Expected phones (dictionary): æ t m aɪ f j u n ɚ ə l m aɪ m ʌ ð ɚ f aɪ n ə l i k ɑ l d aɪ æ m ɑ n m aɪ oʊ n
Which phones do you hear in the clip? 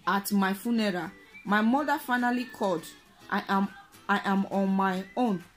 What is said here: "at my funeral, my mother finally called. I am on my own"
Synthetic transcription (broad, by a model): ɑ t m aɪ f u n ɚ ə m aɪ m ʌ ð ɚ f aɪ n ə l i k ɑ d aɪ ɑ m ɑ n m aɪ oʊ n